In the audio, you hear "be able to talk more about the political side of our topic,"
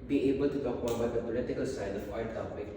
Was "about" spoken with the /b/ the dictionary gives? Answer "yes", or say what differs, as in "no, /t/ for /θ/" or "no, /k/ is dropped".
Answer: no, /b/ is dropped